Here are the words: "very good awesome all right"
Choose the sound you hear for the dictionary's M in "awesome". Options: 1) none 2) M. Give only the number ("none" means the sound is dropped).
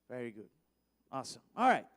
1